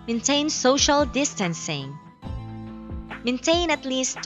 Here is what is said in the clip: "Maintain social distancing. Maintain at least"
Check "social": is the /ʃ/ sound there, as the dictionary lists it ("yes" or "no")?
yes